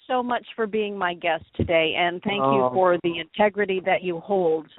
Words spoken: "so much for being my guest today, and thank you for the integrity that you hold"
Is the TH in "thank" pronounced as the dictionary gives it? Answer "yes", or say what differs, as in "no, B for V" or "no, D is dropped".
yes